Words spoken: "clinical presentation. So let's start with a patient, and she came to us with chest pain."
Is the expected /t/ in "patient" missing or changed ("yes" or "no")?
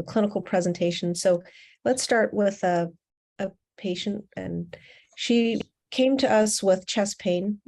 no